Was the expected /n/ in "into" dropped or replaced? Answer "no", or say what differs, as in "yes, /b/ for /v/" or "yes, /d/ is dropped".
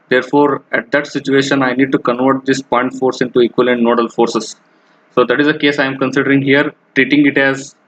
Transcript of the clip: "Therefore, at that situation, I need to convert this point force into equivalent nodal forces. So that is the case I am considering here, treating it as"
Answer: no